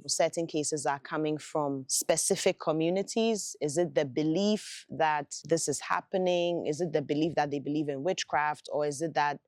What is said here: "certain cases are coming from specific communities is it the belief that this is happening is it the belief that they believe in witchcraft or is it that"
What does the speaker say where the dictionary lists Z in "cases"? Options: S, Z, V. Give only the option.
Z